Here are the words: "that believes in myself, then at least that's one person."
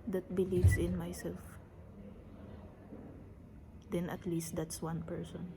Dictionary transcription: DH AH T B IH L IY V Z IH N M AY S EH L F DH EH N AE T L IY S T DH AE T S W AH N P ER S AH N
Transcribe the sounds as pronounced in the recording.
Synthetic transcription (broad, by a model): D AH T B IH L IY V S IH N M AY S EH L F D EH N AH T L IY S T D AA T S W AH N P ER S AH N